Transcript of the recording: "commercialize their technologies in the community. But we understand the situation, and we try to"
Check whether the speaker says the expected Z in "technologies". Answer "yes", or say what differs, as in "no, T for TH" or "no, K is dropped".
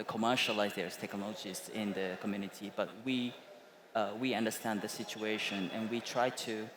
no, S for Z